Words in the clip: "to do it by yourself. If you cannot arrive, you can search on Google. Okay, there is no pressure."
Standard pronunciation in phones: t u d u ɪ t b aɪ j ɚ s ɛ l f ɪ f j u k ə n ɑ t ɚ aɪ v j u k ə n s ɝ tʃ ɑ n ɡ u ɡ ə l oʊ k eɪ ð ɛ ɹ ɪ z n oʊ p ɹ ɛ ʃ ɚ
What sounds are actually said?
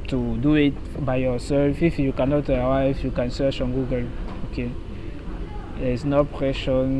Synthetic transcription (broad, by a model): t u d u ɪ t b aɪ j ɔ s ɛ l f ɪ f j u k ə n ɑ t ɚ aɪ f j u k ə n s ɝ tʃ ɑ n ɡ u ɡ ə l oʊ k eɪ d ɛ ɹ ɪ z n oʊ p ɹ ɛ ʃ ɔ